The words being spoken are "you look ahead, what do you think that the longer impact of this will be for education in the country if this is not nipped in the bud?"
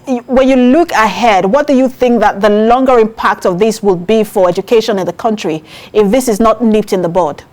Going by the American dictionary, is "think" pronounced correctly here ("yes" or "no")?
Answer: yes